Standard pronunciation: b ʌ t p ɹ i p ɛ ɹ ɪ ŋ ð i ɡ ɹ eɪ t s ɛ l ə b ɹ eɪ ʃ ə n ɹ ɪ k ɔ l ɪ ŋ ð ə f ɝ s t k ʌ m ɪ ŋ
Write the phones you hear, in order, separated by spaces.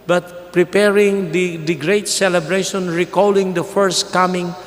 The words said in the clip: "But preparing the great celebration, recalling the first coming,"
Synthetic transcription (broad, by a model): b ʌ t p ɹ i p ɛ ɹ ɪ ŋ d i ɡ ɹ eɪ t s ɛ l ə b ɹ eɪ ʃ ə n ɹ ɪ k ɔ l ɪ ŋ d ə f ɝ s t k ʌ m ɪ ŋ